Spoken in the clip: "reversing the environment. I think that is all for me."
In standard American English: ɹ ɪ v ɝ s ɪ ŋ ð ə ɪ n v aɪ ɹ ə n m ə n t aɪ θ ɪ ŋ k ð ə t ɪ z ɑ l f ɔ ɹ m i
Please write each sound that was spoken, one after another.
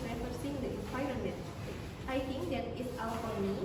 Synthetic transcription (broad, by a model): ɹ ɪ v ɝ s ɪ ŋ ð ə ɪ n p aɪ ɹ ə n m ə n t aɪ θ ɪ ŋ k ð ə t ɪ s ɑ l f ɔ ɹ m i